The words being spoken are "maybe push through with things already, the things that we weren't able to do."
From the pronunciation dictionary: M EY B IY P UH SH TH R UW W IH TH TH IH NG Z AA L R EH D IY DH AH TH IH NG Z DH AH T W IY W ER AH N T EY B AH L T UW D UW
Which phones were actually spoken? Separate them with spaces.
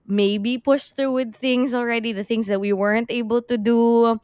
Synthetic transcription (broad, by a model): M EY B IY P UH SH TH R UW W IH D TH IH NG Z AA L R EH D IY DH AH TH IH NG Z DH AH T W IY W ER AH N T EY B AH L T UW D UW